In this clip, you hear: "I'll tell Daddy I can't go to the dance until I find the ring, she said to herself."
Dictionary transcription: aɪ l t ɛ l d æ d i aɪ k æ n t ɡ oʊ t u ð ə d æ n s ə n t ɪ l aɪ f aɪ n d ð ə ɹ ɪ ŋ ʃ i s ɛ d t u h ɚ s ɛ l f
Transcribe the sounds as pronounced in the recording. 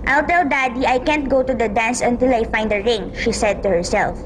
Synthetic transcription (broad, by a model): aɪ l t ɛ l d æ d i aɪ k æ n t ɡ oʊ t u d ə d æ n s ə n t ɪ l aɪ f aɪ n d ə ɹ ɪ ŋ ʃ i s ɛ d t u h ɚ s ɛ l f